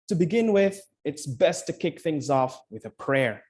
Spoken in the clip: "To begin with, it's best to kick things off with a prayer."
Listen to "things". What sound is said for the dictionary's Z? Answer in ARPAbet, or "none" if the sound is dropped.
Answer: Z